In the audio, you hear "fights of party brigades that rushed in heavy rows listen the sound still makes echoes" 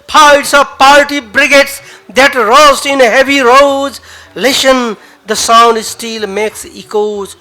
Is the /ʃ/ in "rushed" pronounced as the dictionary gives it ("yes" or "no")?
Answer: no